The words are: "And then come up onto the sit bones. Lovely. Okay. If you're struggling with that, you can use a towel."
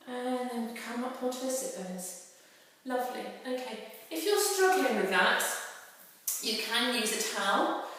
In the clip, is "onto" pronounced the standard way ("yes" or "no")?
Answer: no